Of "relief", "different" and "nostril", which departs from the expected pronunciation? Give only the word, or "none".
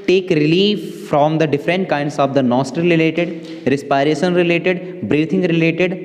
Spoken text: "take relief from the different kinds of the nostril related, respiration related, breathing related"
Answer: nostril